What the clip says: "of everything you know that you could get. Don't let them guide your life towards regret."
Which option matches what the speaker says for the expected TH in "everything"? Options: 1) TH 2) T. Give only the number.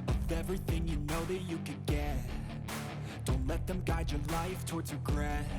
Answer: 1